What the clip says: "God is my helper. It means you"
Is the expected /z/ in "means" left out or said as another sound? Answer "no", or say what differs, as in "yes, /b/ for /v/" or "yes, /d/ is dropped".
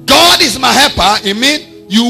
yes, /z/ is dropped